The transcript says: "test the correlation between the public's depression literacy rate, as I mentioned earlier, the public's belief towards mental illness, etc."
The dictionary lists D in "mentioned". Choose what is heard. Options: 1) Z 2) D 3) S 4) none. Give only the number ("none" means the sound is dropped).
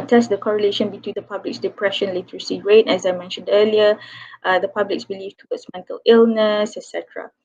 2